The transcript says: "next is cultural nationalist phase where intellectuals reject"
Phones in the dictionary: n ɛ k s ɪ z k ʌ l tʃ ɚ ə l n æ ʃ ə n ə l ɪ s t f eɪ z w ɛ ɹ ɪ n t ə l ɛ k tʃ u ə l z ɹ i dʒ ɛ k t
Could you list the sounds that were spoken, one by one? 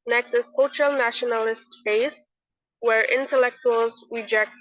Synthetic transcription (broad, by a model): n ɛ k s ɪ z k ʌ l tʃ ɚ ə l n æ ʃ ə n ə l ɪ s t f eɪ s w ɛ ɹ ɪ n t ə l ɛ k tʃ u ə l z ɹ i dʒ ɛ k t